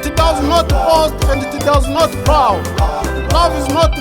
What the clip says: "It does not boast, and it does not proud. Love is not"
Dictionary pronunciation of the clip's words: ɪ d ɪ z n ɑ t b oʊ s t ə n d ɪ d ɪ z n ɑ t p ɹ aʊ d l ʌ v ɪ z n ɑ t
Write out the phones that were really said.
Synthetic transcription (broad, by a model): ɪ d ɪ z n ɑ t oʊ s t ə n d ɪ d ɪ z n ɑ t b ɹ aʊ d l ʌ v ɪ z n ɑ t